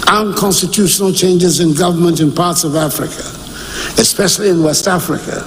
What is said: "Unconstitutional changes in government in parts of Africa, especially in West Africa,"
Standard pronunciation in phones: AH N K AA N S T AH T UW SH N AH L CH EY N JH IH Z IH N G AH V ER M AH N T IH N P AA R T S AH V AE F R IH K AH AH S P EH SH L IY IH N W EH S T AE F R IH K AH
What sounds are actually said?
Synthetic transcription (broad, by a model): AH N K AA N S T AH T UW SH N L CH EY N JH IH Z IH N G AH V ER M AH N T IH N P AA R T S AH V AE F R IH K AH AH S P EH SH L IY IH N W EH S T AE F R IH K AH